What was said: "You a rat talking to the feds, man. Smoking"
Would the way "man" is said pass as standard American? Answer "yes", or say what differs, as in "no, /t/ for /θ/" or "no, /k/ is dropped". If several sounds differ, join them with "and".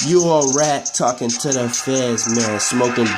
no, /l/ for /n/